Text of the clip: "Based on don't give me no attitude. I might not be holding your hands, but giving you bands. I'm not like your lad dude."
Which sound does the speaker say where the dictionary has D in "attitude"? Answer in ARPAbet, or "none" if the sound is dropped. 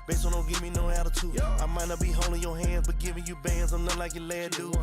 none